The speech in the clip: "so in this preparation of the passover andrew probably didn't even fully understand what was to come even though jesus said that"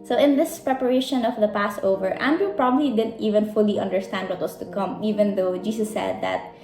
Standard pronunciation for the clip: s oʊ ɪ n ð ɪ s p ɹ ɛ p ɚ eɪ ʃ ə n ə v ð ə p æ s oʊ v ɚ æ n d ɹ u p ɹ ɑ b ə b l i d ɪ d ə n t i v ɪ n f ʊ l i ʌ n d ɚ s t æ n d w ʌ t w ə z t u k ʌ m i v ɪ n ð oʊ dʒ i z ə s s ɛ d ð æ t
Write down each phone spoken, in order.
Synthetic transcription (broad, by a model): s oʊ ɪ n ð ɪ s p ɹ ɛ p ɚ eɪ ʃ ə n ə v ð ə p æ s oʊ v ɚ æ n d ɹ u p ɹ ɑ b ə b l i d ɪ d ə n t i v ɪ n f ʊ l i ʌ n d ɚ s t æ n d w ʌ t w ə s t u k ʌ m i v ɪ n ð oʊ dʒ i s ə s s ɛ d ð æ t